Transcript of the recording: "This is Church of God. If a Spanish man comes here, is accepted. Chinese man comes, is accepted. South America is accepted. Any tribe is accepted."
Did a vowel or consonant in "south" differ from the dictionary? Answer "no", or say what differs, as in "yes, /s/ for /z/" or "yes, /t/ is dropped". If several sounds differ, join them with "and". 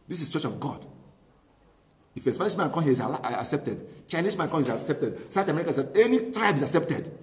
yes, /t/ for /θ/